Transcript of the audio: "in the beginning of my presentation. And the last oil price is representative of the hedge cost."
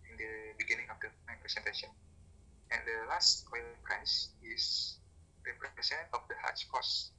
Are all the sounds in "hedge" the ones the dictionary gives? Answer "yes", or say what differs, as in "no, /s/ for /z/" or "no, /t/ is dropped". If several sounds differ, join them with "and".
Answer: no, /tʃ/ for /dʒ/